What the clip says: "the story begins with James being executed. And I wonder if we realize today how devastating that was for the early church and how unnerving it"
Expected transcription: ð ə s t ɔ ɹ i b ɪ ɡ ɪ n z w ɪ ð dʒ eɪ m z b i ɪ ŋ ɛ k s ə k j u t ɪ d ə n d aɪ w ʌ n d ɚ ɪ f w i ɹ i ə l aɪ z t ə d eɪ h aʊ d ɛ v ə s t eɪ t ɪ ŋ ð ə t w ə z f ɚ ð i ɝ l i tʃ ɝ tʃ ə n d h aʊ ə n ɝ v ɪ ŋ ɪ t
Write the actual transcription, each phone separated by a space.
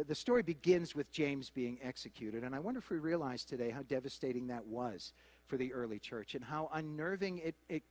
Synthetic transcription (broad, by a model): ð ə s t ɔ ɹ i b ɪ ɡ ɪ n z w ɪ ð dʒ eɪ m z b i ɪ ŋ ɛ k s ə k j u t ɪ d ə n aɪ w ʌ n d ɚ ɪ f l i ɹ i ə l aɪ z t ə d eɪ h aʊ d ɛ v ə s t eɪ t ɪ ŋ ð ə t w ə z f ɚ ð i ɝ l i tʃ ɝ tʃ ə n h aʊ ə n ɝ v ɪ ŋ ɪ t